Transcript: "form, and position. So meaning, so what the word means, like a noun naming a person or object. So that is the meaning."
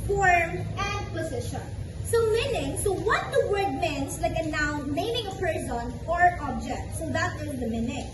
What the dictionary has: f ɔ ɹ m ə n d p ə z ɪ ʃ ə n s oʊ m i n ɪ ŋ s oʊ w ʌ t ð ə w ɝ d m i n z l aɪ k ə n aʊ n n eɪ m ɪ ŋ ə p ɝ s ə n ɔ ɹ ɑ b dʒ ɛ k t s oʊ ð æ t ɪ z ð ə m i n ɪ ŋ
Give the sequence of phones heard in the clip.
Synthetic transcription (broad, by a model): f ɔ ɹ m ə n d p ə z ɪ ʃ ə n s oʊ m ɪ n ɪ ŋ s oʊ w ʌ t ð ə w ɝ d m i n s l aɪ k ə n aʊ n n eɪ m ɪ ŋ ə p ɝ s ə n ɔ ɹ ɑ b dʒ ɛ k t s oʊ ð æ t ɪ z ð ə m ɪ n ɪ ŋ